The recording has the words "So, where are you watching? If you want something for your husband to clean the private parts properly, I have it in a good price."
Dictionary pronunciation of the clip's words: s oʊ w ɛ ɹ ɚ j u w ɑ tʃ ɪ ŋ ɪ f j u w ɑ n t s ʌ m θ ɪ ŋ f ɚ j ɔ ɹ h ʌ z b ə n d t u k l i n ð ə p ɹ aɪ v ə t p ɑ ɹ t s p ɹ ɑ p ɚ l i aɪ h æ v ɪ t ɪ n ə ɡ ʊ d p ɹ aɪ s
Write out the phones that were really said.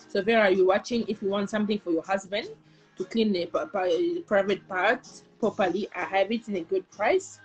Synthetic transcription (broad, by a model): s oʊ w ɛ ɹ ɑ j u w ɑ tʃ ɪ ŋ ɪ f j u w ɑ n t s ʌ m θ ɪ ŋ f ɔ j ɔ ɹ h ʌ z b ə n d t u k l i n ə p ɹ aɪ v ə t p ɑ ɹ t p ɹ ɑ p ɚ l i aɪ h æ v ɪ t ɪ n ə ɡ ʊ d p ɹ aɪ s